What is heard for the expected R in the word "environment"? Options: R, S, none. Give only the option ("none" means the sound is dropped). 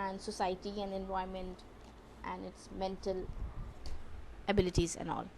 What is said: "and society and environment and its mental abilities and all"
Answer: none